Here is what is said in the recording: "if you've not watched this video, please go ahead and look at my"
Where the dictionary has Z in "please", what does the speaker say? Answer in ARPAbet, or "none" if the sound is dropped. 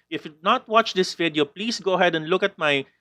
S